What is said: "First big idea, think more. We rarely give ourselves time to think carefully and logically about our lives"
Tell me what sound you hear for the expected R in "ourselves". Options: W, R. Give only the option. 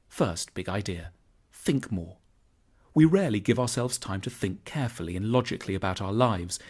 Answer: R